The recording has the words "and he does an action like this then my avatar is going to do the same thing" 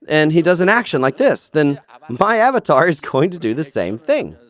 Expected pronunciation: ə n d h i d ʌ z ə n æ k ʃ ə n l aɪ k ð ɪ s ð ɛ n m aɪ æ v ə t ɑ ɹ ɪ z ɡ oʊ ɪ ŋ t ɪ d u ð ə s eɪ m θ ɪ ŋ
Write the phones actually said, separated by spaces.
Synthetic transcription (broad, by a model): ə n i d ʌ z ə n æ k ʃ ə n l aɪ k ð ɪ s ð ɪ n m aɪ æ v ə t ɑ ɹ ɪ z ɡ oʊ ɪ ŋ t ɪ d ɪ ð ə s eɪ m θ ɪ ŋ